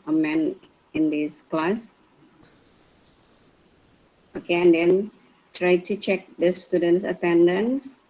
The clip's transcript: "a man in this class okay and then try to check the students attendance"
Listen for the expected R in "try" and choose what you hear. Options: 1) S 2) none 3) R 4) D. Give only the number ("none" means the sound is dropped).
3